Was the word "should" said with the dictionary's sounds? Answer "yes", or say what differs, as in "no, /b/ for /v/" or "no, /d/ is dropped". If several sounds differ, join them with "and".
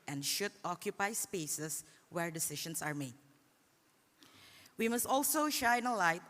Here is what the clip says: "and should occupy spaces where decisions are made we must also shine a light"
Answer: yes